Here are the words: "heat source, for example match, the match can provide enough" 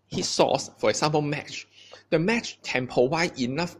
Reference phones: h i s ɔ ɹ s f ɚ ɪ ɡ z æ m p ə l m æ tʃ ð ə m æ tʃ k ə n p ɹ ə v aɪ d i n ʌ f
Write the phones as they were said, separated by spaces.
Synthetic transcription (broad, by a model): h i s ɔ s f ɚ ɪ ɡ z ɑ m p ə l m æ tʃ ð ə m æ tʃ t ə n p ə w aɪ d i n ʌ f